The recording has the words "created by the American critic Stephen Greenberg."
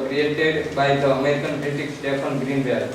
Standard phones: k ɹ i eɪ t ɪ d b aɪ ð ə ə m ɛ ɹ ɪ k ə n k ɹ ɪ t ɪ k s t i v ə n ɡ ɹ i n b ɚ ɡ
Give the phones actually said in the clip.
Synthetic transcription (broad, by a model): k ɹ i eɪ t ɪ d b aɪ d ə ə m ɛ ɹ ɪ k ə n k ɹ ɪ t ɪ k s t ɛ p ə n ɡ ɹ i n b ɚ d